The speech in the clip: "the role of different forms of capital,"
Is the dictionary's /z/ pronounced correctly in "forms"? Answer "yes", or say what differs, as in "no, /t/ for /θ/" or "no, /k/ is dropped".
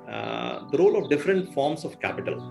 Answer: no, /s/ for /z/